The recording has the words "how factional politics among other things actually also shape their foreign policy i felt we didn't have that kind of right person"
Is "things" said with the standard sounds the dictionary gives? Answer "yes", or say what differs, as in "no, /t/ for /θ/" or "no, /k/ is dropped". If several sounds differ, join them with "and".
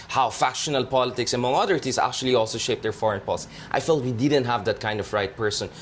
no, /t/ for /θ/